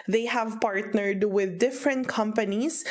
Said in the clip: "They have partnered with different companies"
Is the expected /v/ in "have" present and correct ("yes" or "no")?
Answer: yes